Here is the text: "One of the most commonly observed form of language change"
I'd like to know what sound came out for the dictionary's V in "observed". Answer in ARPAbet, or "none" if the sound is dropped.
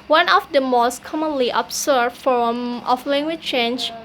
none